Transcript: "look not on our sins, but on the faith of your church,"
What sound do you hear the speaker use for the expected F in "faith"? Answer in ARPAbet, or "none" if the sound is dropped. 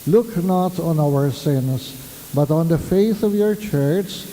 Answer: F